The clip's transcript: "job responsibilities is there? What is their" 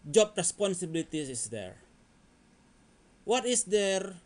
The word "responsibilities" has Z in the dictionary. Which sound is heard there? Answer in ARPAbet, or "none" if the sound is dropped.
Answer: none